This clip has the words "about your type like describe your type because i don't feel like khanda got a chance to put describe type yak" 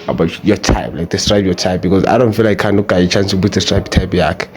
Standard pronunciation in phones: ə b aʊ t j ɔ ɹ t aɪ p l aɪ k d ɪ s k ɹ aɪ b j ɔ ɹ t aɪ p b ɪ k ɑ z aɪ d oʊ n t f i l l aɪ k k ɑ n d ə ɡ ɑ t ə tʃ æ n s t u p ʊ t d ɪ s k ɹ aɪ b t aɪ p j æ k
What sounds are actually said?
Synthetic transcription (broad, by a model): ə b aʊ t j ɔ t aɪ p l aɪ k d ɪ s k ɹ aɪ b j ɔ t aɪ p b ɪ k ɑ z aɪ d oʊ n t f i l l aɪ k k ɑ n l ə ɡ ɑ ə tʃ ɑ n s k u b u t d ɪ s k ɹ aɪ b t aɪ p j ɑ k